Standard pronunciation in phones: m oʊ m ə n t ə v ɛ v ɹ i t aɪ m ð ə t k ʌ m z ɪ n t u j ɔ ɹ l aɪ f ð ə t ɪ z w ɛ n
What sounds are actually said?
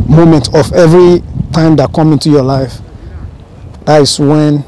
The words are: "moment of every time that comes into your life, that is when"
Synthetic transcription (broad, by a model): m oʊ m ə n t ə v ɛ v ɹ i t aɪ m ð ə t k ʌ m ɪ n t u j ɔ l aɪ f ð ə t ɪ s w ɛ n